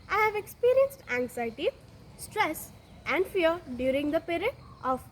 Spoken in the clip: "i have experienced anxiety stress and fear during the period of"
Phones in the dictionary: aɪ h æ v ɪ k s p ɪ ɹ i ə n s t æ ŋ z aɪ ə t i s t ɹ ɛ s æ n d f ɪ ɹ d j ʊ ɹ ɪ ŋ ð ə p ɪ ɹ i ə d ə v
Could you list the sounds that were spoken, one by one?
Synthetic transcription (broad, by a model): aɪ h æ v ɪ k s p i ɹ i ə n s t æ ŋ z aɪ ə t i s t ɹ ɛ s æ n d f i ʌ d j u ɹ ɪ ŋ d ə p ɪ ɹ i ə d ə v